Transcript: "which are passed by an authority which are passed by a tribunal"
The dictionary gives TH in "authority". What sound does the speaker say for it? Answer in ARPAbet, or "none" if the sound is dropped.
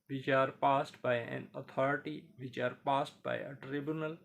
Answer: T